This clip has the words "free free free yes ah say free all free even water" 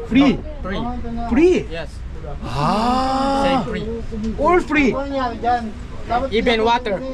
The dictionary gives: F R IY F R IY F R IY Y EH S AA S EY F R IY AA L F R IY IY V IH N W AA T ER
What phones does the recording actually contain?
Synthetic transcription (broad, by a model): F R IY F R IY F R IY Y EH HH AA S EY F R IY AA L F R IY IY B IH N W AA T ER